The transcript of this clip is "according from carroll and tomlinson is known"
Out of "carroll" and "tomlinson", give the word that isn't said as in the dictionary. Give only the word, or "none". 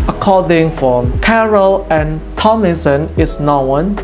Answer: tomlinson